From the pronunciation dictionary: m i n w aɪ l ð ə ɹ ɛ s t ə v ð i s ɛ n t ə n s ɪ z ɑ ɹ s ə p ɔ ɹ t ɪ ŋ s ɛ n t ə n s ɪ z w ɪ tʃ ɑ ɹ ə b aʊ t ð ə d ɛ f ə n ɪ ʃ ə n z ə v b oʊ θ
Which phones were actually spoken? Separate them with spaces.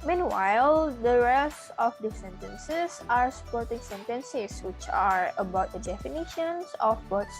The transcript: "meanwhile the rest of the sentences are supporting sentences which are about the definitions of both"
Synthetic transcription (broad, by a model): m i n w aɪ l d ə ɹ ɛ s t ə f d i s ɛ n t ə n s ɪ s ɑ ɹ s ə p ɔ ɹ t ɪ ŋ s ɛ n t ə n s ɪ s w ɪ tʃ ɑ ɹ ə b aʊ t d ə d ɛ f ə n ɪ ʃ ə n s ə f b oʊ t